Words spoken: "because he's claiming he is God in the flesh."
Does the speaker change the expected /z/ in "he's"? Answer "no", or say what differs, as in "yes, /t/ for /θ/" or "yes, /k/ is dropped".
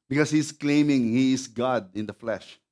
yes, /s/ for /z/